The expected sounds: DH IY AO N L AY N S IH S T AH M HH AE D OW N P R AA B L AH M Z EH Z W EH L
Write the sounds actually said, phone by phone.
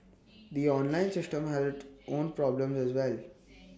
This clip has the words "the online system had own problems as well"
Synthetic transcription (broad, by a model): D IY AO N L AY N S IH S T AH M HH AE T OW N P R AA B L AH M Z EH Z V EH L